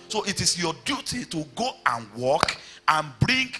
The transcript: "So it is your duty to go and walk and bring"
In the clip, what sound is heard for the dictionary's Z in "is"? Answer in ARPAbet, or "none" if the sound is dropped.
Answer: S